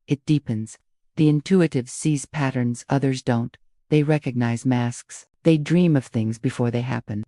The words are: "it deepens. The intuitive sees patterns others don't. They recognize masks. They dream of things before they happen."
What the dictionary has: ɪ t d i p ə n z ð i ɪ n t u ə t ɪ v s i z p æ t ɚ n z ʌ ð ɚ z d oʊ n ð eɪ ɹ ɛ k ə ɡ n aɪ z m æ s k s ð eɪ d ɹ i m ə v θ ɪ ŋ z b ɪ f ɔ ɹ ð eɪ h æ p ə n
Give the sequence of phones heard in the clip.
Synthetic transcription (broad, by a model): ɪ t d i p ə n z ð i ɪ n t u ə t ɪ v s i z p æ t ɚ n z ʌ ð ɚ z d oʊ n ð eɪ ɹ ɛ k ə ɡ n aɪ z m æ s k s ð eɪ d ɹ i m ə v θ ɪ ŋ z b ɪ f ɔ ɹ ð eɪ h æ p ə n